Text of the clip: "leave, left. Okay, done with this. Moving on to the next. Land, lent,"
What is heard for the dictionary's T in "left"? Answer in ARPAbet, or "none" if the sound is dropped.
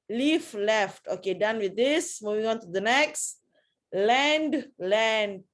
T